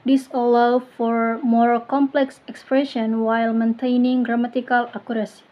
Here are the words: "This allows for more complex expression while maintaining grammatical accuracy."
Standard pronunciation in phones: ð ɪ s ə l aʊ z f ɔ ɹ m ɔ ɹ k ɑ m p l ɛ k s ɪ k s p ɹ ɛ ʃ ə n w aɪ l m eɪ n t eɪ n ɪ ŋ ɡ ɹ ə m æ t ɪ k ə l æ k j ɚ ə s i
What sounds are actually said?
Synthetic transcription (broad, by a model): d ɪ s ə l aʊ f ɔ ɹ m ɔ ɹ k ɑ m p l ɛ k s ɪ k s p ɹ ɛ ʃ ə n w aɪ l m eɪ n t eɪ n ɪ ŋ ɡ ɹ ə m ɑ t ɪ k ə l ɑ k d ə s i